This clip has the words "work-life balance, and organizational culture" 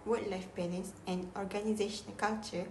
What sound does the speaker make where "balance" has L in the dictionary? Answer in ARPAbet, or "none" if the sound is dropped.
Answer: N